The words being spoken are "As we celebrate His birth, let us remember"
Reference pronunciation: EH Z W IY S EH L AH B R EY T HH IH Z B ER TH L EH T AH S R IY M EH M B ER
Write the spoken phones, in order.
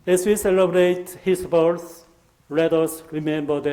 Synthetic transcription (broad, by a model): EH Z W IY S EH L AH B R EY T HH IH S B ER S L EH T AH S R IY M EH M B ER